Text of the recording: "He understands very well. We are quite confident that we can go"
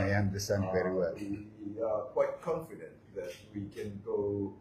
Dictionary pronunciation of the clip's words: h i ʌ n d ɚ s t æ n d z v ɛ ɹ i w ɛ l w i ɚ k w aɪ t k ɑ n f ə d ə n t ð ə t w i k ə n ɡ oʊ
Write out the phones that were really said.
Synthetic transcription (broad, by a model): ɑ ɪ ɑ n d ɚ s t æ n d v ɛ ɹ i w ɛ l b i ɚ k w aɪ t k ɑ n f ə d ə n t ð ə t w i k ə n ɡ oʊ